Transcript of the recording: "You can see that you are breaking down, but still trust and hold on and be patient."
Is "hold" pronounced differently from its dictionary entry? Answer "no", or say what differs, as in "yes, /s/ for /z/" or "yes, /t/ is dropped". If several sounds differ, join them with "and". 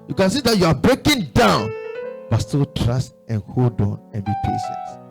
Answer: no